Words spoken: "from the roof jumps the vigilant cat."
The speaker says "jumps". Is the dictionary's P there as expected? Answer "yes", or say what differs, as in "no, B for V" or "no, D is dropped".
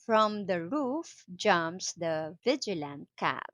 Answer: no, P is dropped